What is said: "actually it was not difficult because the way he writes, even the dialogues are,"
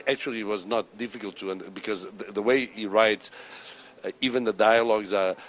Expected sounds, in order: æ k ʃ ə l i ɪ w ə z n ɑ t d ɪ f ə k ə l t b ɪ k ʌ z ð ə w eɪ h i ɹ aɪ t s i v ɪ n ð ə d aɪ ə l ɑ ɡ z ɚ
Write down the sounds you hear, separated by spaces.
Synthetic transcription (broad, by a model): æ k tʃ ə l i w ə z n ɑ t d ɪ f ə k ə l t b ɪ k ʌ z ð ə w eɪ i ɹ aɪ t s i v ɪ n ð ə d aɪ ə l ɑ ɡ z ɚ